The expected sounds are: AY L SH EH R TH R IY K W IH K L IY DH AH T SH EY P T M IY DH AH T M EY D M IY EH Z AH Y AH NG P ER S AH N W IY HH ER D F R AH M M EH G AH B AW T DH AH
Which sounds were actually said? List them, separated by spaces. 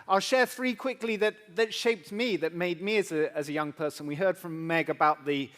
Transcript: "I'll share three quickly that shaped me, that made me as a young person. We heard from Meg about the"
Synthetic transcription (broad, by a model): AY L SH EH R TH R IY K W IH K L IY DH AH T SH EY P T M IY DH AH T M EY D M IY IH Z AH Y AH NG P ER S AH N W IY HH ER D F R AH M M EH G AH B AW T DH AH